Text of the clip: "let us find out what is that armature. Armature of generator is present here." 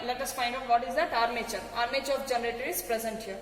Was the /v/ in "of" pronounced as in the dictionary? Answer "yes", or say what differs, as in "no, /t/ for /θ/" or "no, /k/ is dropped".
no, /b/ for /v/